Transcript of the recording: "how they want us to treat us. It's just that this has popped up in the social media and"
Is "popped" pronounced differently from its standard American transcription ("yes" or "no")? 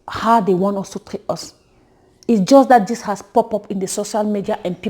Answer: yes